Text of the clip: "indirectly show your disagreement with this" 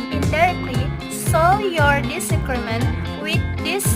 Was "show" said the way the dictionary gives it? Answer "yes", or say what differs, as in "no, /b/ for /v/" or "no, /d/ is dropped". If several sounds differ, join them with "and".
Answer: no, /s/ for /ʃ/